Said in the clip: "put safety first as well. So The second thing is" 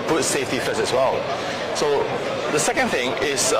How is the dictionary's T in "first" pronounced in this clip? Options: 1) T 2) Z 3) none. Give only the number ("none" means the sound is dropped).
3